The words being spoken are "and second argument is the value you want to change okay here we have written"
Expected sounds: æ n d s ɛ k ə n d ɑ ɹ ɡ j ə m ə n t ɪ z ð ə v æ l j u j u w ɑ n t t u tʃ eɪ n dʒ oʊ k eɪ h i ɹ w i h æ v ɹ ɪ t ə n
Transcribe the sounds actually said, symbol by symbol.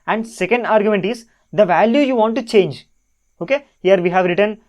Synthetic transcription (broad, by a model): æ n d s ɛ k ə n d ɑ ɹ ɡ j ə m ə n t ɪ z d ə v æ l j u j u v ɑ n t t u tʃ eɪ n dʒ oʊ k eɪ h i ɹ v i h æ v ɹ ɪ t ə n